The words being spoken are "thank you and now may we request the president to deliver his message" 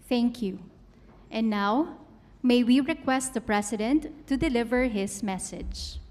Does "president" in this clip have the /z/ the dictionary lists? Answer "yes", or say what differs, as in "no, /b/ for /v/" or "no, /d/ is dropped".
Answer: no, /s/ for /z/